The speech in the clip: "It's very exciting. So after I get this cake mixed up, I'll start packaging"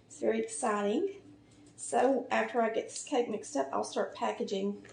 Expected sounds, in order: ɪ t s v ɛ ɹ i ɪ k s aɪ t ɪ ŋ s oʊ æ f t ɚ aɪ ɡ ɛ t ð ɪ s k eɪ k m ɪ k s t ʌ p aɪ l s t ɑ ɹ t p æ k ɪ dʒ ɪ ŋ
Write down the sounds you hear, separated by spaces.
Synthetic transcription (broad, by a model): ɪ t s v ɛ ɹ i ɪ k s aɪ t ɪ ŋ s oʊ æ f t ɚ aɪ ɡ ɛ t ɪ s k eɪ k m ɪ k s t ʌ p aɪ l s t ɑ ɹ t p æ k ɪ dʒ ɪ ŋ